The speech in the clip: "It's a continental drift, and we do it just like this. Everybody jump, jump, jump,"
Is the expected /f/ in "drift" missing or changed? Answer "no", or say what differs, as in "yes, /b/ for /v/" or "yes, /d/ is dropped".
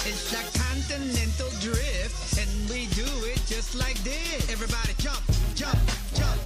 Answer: no